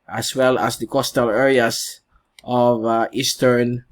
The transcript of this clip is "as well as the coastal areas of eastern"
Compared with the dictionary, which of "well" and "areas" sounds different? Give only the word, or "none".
areas